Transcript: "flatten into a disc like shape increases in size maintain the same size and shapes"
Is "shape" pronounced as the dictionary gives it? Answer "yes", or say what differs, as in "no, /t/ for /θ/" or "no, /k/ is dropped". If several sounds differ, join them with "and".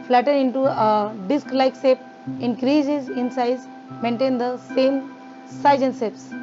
no, /s/ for /ʃ/